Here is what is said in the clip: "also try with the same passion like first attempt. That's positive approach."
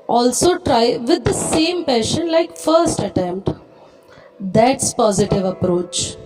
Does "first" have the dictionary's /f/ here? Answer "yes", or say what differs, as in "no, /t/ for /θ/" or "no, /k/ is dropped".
yes